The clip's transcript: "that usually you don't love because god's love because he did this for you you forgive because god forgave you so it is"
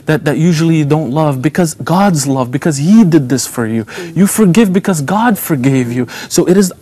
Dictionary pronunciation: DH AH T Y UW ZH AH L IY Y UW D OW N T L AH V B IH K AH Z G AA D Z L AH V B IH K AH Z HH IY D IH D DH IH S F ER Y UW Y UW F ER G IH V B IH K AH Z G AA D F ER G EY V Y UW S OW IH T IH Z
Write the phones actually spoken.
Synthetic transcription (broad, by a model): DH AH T Y UW ZH L IY Y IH D OW N T L AH V B IH K AH Z G AA D Z L AH V B IH K AH Z HH IY D IH D DH IH S F ER Y UW Y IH F ER G IH V B IH K AH Z G AA D F ER G EY V Y UW S OW IH T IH Z